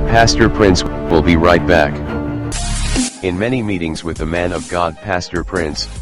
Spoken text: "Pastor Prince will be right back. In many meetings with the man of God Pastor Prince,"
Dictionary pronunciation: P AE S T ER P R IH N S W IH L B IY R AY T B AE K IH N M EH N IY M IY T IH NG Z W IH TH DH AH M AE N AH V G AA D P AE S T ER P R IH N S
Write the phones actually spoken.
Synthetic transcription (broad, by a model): P AE S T ER P R IH N S W IH L B IY R AY T B AE K IH N M EH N IY M IY T IH NG Z W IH DH AH M AE N AH V G AA D P AE S T ER P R IH N S